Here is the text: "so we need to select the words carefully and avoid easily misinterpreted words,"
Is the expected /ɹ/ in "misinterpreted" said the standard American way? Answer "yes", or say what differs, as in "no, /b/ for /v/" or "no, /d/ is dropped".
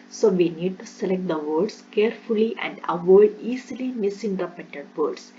no, /ɹ/ is dropped